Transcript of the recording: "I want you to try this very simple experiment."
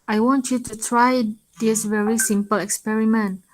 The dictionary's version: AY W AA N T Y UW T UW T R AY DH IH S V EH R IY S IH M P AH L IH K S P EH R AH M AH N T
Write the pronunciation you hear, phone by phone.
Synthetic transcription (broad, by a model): AY W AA N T Y UW T UW T R AY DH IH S V EH R IY S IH M P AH L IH K S P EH R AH M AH N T